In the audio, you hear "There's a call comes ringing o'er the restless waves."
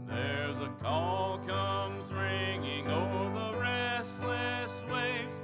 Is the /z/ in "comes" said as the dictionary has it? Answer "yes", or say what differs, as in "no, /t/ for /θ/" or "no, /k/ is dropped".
yes